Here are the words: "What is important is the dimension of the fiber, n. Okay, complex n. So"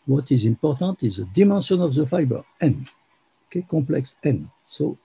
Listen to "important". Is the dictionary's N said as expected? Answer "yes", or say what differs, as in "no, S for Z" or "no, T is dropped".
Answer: no, N is dropped